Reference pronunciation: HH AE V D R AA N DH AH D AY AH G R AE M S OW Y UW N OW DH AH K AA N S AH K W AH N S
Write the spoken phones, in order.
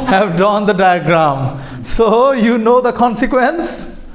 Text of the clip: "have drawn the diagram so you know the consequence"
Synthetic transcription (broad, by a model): HH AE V D AA N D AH D AY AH G R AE M S OW Y UW N OW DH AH K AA N S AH K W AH N S